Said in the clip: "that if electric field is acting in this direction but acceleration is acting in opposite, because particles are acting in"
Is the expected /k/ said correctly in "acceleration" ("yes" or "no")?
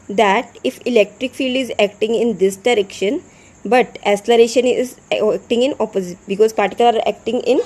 no